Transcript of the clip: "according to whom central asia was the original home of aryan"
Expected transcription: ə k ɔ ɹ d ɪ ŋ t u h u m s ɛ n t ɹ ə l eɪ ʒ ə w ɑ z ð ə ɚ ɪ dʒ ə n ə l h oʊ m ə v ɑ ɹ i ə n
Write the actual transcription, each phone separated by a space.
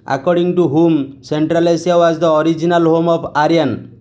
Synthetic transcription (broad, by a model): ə k ɔ ɹ d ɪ ŋ t u h u m s ɛ n t ɹ ə l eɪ s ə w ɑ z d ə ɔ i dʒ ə n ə l h oʊ m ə p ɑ ɹ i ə n